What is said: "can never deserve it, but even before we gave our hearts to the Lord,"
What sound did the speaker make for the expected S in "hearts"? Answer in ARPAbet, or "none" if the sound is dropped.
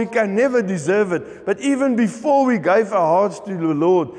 S